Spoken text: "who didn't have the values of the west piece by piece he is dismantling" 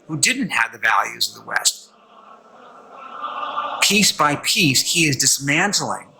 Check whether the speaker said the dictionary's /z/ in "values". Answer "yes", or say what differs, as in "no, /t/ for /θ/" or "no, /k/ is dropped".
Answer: yes